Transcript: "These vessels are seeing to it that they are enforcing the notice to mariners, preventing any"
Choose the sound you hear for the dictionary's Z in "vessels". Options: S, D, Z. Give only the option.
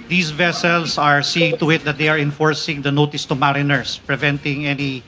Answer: S